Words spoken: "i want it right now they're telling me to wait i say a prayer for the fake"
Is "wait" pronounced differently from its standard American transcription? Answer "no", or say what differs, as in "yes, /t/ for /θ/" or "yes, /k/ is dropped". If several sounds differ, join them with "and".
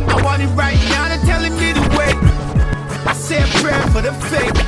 yes, /t/ is dropped